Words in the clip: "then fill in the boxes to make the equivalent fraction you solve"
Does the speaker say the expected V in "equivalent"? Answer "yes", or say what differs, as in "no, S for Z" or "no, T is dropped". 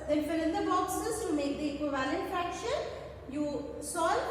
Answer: yes